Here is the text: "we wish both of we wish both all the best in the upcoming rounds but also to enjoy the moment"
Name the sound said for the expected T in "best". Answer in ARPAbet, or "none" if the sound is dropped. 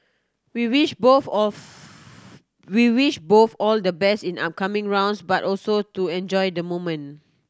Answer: none